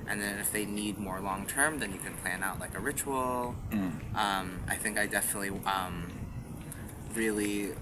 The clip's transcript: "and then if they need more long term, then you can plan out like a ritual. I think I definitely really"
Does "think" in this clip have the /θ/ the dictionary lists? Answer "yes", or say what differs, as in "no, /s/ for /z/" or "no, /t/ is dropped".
yes